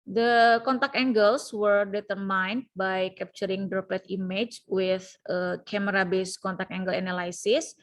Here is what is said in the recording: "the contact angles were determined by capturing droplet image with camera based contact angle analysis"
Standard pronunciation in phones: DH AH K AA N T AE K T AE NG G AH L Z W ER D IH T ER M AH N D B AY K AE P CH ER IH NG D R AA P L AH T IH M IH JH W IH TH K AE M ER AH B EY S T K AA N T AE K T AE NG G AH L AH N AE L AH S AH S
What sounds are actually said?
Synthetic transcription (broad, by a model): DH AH K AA N T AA K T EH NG G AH L S W ER D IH T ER M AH N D B AY K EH P CH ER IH NG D R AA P AH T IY M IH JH W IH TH K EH M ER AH B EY S K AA N T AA K EH NG G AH L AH N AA L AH S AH S